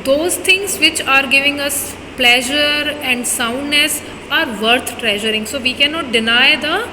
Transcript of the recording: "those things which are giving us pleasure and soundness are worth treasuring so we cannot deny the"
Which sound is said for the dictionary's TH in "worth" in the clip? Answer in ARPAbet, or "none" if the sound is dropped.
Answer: T